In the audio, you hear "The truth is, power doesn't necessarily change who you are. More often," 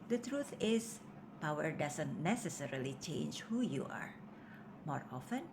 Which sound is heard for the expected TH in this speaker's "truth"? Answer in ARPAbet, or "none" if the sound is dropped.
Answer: T